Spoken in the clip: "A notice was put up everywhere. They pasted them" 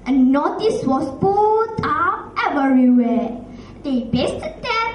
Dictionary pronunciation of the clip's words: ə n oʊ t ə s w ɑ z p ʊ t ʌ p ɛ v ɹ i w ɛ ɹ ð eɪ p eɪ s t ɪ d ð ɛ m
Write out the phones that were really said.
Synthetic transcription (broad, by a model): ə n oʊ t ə s w ɑ s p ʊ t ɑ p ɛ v ɹ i w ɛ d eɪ b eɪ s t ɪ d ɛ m